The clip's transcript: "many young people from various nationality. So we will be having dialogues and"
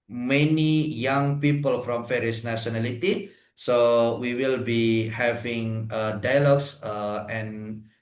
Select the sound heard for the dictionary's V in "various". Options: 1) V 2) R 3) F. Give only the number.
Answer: 3